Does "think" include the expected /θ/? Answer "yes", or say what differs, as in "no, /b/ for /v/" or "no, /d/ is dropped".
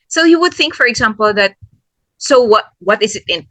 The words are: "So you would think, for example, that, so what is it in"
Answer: yes